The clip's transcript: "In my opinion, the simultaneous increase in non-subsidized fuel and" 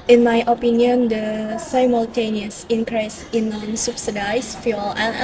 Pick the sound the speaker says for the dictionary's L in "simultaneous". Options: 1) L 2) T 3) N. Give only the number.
1